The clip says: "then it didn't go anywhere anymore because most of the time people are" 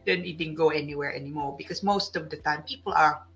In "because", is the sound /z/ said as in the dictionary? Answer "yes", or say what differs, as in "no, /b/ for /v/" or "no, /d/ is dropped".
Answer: no, /s/ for /z/